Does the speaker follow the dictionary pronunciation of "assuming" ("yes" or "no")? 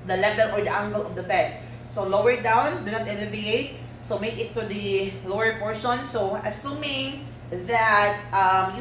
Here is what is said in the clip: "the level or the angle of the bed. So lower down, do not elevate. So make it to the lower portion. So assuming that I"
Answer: yes